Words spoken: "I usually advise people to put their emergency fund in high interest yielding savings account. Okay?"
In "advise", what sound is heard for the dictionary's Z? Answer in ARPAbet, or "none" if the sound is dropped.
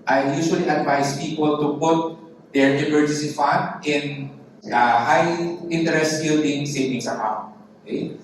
S